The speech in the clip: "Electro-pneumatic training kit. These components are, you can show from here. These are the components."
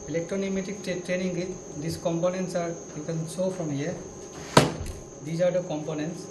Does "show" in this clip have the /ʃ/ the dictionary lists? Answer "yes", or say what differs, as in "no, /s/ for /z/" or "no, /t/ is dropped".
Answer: no, /s/ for /ʃ/